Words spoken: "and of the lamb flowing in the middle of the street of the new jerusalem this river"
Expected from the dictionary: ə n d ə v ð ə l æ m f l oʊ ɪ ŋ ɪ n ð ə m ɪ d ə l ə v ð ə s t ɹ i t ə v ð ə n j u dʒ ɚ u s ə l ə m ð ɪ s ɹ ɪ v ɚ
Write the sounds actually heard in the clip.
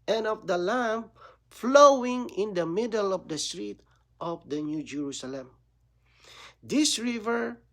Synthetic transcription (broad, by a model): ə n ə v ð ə l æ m f l oʊ ɪ ŋ ɪ n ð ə m ɪ d ə l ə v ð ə s t ɹ i t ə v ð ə n j u dʒ ɚ u s ə l ə m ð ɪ s ɹ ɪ v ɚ